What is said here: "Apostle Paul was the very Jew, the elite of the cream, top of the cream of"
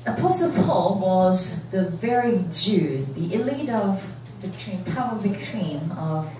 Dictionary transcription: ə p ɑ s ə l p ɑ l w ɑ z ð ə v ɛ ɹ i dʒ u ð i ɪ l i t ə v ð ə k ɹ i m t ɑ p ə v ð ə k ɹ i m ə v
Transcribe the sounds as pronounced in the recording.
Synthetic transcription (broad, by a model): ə p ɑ s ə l p ɑ l w ɑ z ð ə v ɛ ɹ i dʒ u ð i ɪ l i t ə v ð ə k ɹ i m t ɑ ə v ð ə k ɹ i m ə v